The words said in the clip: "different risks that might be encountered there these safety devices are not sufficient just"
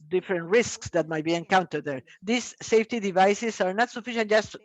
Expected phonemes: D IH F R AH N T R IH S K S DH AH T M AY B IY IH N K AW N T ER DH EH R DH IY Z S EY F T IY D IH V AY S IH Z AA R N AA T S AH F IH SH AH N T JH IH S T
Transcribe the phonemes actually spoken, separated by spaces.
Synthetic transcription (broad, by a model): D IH F R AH N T R IH S K S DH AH T M AY B IY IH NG K AW N T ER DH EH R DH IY S EY F T IY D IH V AY S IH S AA R N AA T S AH F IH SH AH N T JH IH S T